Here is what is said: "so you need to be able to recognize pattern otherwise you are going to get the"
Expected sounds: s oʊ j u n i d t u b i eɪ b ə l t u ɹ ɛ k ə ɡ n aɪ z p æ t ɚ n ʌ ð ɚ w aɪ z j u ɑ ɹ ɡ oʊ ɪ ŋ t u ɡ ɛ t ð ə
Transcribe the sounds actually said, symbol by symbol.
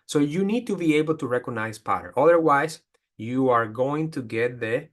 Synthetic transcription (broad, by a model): s oʊ j u n i d t u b i eɪ b ə l t u ɹ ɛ k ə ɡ n aɪ s p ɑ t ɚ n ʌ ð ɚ w aɪ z j u ɑ ɹ ɡ oʊ ɪ ŋ t u ɡ ɛ t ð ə